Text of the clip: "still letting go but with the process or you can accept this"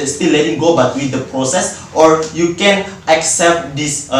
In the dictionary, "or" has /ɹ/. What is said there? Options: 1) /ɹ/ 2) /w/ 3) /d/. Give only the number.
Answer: 1